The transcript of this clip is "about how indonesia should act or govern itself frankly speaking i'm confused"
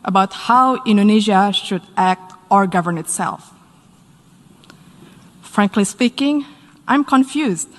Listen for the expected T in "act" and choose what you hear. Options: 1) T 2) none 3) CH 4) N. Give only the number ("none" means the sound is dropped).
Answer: 1